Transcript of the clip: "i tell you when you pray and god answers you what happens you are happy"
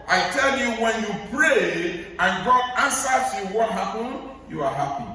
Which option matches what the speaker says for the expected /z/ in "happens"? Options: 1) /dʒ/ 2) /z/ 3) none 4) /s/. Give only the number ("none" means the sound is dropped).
3